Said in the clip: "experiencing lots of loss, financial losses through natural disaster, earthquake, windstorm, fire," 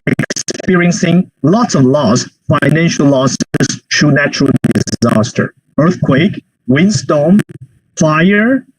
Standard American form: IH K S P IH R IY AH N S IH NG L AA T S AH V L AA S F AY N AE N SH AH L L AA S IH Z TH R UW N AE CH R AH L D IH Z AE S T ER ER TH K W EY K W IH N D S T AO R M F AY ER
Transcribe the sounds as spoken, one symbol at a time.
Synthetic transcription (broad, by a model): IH K S P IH R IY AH N S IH NG L AA T S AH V L AA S F AY N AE N SH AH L L AA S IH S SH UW N AE CH R AH L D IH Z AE S T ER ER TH K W EY K W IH N S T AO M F AY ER